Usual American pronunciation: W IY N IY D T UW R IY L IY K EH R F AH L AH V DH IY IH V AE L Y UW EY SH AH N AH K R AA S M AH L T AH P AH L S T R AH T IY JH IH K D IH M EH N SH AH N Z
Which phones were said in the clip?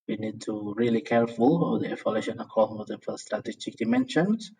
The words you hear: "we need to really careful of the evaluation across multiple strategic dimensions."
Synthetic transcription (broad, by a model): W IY N IY D T UW R IY L IY K EH R F AH L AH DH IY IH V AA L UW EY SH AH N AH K AA M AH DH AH F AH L S T R AH T IY JH IH K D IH M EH N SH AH N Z